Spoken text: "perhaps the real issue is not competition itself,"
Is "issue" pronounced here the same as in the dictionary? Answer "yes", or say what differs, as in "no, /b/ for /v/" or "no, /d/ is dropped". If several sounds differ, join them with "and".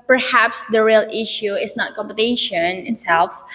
yes